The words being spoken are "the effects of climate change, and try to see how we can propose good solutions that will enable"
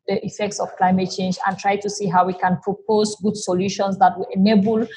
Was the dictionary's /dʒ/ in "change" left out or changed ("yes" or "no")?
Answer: no